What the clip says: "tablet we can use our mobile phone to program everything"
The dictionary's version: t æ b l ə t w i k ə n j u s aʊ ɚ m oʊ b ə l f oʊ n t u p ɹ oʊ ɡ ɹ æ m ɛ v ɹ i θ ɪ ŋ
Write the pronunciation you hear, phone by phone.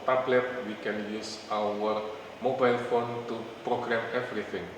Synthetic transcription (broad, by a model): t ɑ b l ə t w i k ə n j u s aʊ ɚ m oʊ b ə l f oʊ n t u p ɹ oʊ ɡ ɹ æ m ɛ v ɹ i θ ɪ ŋ